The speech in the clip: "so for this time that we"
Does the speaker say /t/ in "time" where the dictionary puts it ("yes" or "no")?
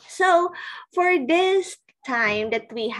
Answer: yes